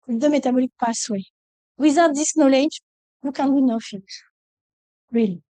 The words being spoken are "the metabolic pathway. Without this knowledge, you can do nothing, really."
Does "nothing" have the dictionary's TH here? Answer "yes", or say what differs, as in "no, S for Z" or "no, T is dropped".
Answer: no, F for TH